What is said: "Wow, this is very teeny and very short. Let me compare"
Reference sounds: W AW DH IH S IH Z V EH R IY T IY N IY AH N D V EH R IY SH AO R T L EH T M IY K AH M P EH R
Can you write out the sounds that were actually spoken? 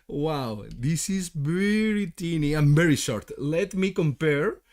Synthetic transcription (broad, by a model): W AW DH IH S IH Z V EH R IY T IY N IY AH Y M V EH R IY SH AO R T L EH T M IY K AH M P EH R